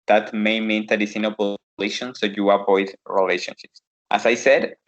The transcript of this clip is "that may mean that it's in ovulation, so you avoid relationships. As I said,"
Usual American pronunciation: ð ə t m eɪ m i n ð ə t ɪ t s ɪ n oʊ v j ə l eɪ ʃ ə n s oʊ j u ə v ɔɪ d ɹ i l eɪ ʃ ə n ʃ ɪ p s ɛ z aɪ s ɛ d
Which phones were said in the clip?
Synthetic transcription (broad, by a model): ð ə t m eɪ m i n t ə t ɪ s ɪ n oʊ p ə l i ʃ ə n s oʊ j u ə p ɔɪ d ɹ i l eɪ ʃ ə n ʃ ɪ p s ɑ s aɪ s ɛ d